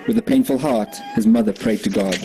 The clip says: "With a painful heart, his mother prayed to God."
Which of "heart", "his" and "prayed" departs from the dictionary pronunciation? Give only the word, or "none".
none